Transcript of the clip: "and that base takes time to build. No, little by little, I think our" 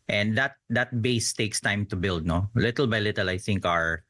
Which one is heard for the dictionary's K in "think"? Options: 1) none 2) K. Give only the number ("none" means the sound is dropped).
2